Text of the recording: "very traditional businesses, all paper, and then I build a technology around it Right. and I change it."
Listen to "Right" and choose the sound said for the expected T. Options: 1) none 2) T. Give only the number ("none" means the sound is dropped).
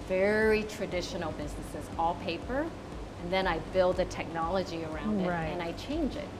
1